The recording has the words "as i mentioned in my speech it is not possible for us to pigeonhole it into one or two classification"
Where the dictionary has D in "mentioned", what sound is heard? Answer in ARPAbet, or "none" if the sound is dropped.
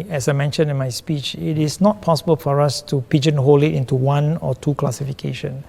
none